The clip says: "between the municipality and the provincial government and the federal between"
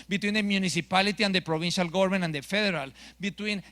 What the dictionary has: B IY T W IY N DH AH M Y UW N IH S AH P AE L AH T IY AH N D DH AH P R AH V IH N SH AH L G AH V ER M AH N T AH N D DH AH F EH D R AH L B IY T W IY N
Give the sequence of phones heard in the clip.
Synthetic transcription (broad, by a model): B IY T W IY N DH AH M Y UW N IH S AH P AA L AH T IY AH N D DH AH P R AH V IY N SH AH L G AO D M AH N AH N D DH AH F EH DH R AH L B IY T W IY N